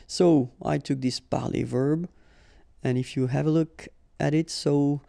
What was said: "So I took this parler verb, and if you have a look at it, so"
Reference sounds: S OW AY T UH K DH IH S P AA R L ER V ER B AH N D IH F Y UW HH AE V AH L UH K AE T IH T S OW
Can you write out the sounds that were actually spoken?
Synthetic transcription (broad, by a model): S OW AY T UH K DH IH S B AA L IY V ER B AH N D IH F Y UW HH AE V AH L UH K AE T IH T S OW